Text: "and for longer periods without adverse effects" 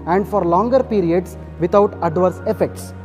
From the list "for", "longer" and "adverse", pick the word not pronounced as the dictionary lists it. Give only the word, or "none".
none